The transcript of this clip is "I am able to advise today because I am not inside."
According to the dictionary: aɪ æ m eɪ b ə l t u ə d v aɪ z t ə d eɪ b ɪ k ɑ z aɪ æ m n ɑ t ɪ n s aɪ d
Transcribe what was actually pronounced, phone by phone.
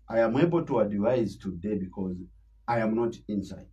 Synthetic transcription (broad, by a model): aɪ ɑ m eɪ b ə l t u ə d v aɪ z t ə d eɪ b ɪ k ɑ z aɪ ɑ m n ɑ t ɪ n s aɪ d